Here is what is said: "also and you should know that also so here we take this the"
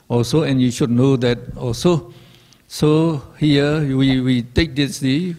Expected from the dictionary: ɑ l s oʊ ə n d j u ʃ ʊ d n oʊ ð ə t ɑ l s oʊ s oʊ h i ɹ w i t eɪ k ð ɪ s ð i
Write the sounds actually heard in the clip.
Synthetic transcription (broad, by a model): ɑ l s oʊ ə n j u ʃ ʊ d n oʊ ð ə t ɑ l s oʊ s oʊ h i w w i t eɪ k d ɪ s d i